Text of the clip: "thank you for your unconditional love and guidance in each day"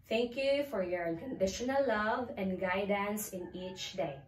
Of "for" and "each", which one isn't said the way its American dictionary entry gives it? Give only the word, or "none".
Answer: none